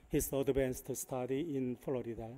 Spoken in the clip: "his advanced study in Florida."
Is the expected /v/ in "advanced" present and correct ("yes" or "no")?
no